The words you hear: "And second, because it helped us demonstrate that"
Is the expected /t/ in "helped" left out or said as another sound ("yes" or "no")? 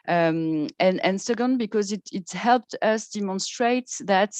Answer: no